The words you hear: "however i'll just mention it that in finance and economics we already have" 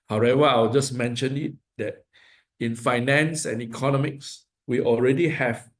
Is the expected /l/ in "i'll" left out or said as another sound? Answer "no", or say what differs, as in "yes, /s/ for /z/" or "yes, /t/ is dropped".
yes, /w/ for /l/